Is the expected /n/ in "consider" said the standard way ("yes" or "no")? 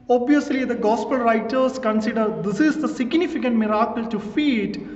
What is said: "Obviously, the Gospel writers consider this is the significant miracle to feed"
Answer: yes